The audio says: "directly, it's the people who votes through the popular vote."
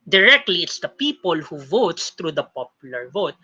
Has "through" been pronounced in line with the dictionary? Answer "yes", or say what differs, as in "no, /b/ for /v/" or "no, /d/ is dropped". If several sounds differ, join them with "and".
no, /t/ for /θ/